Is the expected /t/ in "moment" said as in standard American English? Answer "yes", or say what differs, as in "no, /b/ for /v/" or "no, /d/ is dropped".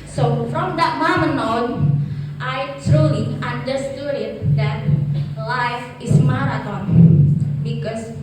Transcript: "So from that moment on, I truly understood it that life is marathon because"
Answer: no, /t/ is dropped